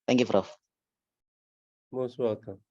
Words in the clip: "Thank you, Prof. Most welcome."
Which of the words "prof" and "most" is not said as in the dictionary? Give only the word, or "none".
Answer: prof